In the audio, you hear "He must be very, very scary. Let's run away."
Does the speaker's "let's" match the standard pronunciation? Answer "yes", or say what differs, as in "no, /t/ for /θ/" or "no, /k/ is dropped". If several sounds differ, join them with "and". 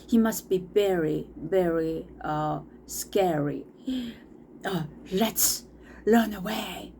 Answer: yes